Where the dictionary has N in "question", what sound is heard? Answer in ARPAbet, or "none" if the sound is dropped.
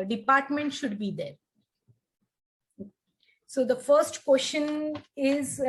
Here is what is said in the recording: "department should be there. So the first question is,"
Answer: N